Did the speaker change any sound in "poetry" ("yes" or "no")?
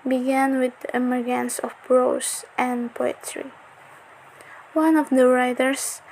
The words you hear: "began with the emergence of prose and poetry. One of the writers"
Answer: no